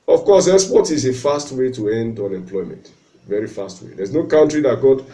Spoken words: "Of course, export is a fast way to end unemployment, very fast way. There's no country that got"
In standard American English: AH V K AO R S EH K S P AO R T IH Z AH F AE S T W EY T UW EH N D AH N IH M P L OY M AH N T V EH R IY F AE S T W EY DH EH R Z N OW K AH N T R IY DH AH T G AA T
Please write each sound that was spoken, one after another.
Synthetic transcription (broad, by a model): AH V K AO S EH S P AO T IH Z AH F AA S T W EY T UW EH N D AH N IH M P L OY M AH N T V EH R IY F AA S T W EY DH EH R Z N OW K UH N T R IY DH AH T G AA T